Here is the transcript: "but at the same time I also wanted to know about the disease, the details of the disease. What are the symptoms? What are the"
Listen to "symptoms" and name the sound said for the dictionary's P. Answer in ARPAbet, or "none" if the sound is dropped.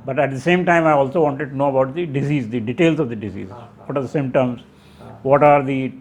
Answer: none